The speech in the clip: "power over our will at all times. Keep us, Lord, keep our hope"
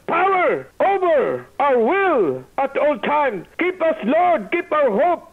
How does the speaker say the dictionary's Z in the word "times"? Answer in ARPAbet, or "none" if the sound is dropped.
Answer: none